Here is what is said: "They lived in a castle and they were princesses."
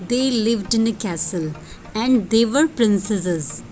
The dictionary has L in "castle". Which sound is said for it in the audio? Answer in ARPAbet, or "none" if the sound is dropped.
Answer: L